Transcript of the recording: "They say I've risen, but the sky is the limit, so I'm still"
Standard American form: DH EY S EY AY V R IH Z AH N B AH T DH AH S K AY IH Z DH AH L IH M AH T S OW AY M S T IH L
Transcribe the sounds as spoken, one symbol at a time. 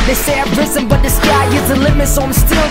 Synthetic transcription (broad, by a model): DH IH S EY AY P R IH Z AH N B AH T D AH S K AY IH Z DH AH L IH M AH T S OW AY M S T IH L